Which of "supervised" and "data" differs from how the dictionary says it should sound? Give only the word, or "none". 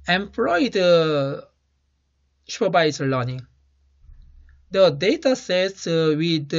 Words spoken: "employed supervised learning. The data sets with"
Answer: supervised